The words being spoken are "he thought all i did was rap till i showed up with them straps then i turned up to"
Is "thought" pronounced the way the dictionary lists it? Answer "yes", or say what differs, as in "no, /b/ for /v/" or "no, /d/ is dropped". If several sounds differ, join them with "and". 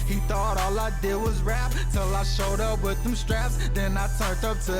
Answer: yes